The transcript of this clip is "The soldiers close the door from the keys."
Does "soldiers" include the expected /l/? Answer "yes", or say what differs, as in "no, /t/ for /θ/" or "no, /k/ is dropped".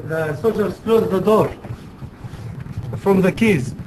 no, /l/ is dropped